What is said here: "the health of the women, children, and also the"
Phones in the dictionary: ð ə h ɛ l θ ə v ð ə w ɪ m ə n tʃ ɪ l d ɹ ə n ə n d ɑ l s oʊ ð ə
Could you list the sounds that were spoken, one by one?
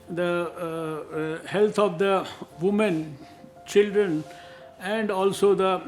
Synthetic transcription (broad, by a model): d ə h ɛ l t ə v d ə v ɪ m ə n tʃ ɪ l d ɹ ə n ə n d ɑ l s oʊ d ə